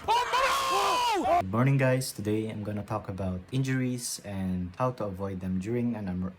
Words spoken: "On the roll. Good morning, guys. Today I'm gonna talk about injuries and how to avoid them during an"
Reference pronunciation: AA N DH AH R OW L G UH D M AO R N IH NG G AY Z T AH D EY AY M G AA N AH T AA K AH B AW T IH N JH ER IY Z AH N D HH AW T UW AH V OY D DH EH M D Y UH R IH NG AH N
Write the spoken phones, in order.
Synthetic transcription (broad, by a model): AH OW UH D M AO R N IH NG G AY S T AH D EY AY M G AA N AH T AA K AH B AW T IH N JH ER IY S AH N D HH AW T UW AH V OY D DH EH M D Y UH R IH NG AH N